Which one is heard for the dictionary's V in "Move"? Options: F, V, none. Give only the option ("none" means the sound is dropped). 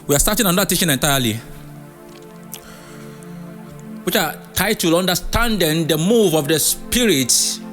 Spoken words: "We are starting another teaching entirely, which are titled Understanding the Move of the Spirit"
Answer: V